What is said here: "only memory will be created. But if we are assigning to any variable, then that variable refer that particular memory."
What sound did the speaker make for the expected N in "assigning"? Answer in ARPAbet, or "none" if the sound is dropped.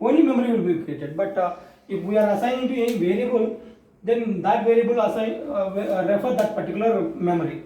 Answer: none